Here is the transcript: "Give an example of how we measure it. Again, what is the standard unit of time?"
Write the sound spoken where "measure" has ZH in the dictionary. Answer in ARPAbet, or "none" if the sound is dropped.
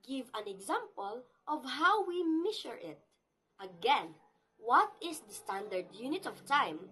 SH